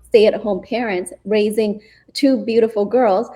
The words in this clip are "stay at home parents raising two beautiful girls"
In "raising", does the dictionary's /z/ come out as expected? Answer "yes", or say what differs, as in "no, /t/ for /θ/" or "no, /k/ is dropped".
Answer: yes